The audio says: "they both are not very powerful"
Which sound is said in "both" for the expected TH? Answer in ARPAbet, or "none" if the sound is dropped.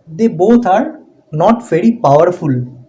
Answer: T